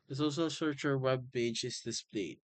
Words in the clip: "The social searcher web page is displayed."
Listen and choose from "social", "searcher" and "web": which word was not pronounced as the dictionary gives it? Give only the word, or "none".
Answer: social